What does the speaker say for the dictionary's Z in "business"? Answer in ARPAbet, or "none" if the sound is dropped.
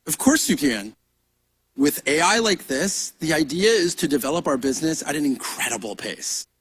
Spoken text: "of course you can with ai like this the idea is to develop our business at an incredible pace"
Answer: Z